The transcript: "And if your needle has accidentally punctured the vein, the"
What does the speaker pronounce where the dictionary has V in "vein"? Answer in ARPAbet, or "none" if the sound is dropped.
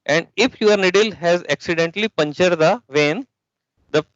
V